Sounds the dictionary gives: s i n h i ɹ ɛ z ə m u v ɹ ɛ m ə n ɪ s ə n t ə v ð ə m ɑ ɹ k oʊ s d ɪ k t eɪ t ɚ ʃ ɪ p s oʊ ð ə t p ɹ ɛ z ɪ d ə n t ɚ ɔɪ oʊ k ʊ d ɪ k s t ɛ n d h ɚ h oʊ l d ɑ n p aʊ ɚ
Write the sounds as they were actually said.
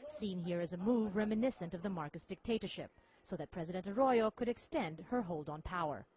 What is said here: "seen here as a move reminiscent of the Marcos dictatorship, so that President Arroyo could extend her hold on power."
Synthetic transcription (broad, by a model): s i n h i ɹ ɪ z ə m u v ɹ ɛ m ə n ɪ s ə n t ə v ð ə m ɑ ɹ k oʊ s d ɪ k t eɪ t ɚ ʃ ɪ p s oʊ ð ə t p ɹ ɛ z ɪ d ə n t ɚ ɔɪ oʊ k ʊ d ɪ k s t ɛ n d h ɚ h oʊ l d n p aʊ ɚ